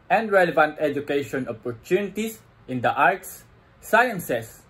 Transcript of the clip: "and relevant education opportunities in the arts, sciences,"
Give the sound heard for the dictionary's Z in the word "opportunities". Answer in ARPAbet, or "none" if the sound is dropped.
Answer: S